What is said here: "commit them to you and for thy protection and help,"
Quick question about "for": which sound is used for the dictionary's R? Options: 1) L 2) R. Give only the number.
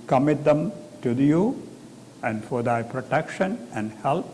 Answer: 2